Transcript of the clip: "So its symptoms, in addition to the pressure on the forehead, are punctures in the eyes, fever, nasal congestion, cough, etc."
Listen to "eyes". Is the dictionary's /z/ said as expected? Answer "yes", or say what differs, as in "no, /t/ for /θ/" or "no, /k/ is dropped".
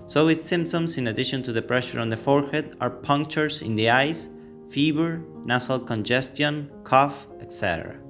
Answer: no, /s/ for /z/